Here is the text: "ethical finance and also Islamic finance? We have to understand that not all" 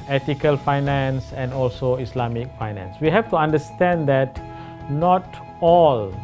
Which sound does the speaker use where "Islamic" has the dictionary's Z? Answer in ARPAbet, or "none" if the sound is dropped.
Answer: S